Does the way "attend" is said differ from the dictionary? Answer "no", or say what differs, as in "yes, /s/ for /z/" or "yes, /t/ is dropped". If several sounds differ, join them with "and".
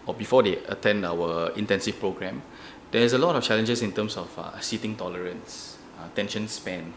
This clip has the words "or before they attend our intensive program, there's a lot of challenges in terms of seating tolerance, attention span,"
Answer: no